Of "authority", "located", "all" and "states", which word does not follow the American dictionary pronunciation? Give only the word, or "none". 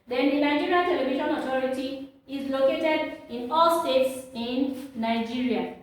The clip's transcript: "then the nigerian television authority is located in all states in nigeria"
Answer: authority